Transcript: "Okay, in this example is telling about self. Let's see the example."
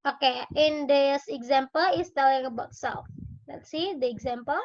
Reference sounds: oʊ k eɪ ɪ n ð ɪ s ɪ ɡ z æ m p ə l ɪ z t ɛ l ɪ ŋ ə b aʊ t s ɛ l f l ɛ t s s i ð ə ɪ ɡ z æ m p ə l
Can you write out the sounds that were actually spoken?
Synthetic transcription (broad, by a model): oʊ k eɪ ɪ n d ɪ s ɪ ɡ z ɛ m p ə l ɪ s t ɛ l ɪ ŋ ə b aʊ t s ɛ f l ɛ t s s i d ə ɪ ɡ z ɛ m p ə l